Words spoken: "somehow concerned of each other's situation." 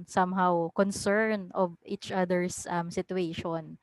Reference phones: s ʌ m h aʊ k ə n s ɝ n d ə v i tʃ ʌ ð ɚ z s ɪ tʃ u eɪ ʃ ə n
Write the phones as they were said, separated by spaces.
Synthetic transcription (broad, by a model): s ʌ m h aʊ k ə n s ɝ n ə v i tʃ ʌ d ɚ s s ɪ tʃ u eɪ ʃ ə n